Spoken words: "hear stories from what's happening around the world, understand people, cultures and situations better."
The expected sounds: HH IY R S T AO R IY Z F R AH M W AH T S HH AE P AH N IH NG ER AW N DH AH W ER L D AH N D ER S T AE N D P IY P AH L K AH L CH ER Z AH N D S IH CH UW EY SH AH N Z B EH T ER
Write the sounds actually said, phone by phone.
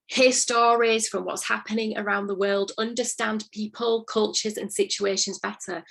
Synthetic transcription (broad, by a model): HH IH S T AO R IY Z F R AH M W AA T S HH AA P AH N IH NG ER AW N DH AH W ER L D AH N D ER S T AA N P IY P AH L K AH L CH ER Z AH N S IH CH UW EY SH AH N Z B EH T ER